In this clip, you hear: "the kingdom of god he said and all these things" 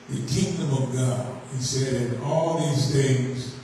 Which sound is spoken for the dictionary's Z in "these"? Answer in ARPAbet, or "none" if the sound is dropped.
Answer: Z